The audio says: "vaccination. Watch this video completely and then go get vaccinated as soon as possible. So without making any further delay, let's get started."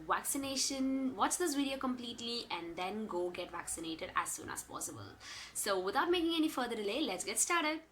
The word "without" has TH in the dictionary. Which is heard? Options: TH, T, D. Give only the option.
T